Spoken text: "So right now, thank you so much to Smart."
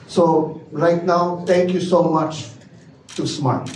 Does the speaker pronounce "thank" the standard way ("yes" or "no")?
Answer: no